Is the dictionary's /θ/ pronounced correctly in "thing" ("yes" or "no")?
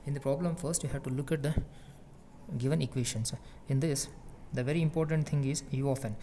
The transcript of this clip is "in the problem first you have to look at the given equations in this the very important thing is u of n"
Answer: no